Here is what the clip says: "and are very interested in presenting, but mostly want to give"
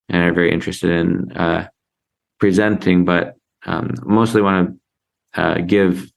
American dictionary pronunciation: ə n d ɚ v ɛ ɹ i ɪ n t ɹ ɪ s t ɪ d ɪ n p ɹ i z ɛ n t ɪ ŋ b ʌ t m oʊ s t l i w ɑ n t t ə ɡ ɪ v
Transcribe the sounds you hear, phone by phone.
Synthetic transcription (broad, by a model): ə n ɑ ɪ v ɛ ɹ i ɪ n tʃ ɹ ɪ s t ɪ d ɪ n p ɹ i z ɛ n t ɪ ŋ b ʌ t m oʊ s t l i w ɑ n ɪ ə ɡ ɪ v